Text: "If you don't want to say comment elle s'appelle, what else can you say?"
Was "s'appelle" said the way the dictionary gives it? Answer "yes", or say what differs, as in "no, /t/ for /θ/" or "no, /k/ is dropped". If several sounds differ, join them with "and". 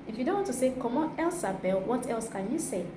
no, /b/ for /p/